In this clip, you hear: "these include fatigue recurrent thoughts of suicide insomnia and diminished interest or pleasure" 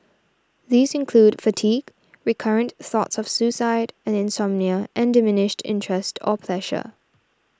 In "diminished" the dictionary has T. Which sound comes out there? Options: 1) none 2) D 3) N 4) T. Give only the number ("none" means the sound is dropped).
4